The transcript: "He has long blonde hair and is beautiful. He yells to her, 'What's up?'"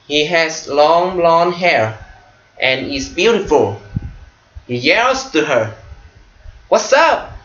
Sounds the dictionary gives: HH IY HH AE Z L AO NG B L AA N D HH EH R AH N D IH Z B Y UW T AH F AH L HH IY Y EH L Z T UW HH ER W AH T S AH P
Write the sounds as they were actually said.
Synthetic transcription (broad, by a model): HH IY HH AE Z L AO NG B L AA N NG HH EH R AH N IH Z B Y UW T AH F AH L HH IY Y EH L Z T UW HH ER W AH T S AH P